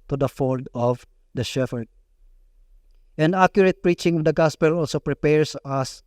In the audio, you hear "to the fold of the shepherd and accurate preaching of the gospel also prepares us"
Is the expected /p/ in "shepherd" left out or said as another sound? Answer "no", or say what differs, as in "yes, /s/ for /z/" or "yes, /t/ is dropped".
yes, /f/ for /p/